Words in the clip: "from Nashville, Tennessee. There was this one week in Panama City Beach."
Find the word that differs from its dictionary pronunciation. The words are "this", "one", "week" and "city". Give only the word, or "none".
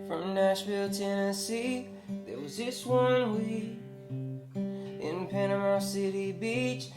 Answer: week